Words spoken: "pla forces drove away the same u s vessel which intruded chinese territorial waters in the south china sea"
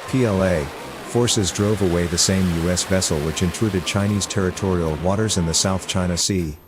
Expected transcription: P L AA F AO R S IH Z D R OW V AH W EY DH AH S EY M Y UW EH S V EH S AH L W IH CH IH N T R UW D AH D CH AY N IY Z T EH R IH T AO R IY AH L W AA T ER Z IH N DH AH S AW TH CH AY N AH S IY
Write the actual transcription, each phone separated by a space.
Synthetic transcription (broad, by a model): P L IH F AO R S IH Z D R OW V AH W EY DH AH S EY M Y UW EH S V EH S L W IH CH IH N T R UW D AH D CH AY N IY Z T EH R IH T AO R IY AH L W AA T ER Z IH N DH AH S AW TH CH AY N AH S IY